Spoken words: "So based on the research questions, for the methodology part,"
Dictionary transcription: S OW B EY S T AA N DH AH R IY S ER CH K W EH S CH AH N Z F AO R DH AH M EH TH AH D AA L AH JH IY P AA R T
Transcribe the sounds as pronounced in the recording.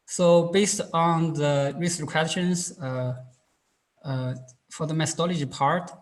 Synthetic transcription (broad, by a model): S OW B EY S T AA N DH AH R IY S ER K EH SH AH N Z F AO R DH AH M EH TH AH D AA L AH JH IY P AA R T